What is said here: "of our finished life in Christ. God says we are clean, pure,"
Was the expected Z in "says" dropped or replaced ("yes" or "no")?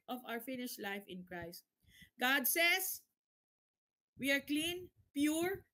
yes